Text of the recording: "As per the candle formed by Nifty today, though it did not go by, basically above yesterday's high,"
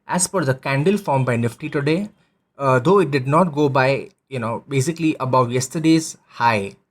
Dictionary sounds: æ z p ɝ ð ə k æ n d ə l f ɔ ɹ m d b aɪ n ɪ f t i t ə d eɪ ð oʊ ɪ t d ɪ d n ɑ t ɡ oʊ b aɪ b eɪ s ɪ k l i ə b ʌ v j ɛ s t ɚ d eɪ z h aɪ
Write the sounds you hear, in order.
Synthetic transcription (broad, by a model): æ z f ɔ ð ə k æ n d ə l f ɔ ɹ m b aɪ n ɪ f t i t ə d eɪ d oʊ ɪ t d ɪ d n ɑ t ɡ oʊ b aɪ b eɪ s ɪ k l i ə b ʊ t j ɛ s t ɚ d eɪ z h aɪ